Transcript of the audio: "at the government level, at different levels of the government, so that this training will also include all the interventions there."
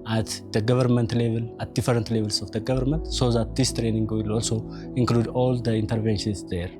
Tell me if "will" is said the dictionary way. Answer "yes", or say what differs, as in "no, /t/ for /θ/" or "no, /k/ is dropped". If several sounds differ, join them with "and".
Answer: yes